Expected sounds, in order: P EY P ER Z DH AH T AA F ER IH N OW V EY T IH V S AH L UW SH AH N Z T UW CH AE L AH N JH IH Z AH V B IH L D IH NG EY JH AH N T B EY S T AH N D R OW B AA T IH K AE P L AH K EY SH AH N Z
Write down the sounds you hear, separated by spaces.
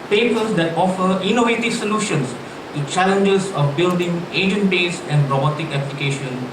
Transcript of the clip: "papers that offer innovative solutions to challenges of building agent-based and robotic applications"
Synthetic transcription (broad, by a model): P EY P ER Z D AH T AA F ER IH N OW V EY T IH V S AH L UW SH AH N S T UW CH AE L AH N JH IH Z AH F B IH L D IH NG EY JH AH N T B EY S AH N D R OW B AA T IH K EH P L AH K EY SH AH N